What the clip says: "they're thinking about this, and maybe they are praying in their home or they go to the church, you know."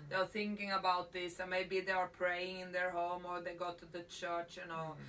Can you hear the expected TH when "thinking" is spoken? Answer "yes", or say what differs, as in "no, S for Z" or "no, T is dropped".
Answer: yes